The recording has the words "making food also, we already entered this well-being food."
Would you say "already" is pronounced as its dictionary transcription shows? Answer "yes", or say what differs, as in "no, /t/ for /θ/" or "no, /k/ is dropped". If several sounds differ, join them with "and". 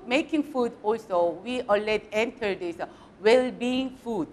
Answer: no, /ɹ/ is dropped